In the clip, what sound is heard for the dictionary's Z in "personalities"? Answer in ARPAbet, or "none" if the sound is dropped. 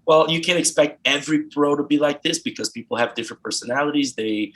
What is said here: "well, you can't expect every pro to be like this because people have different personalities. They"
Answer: Z